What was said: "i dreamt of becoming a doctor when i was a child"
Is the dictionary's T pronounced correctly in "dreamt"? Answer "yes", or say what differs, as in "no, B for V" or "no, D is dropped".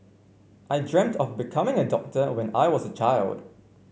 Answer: yes